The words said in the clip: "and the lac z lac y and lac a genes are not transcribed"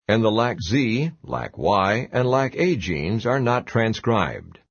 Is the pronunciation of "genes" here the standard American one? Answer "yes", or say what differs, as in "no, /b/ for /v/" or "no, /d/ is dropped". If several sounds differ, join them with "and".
yes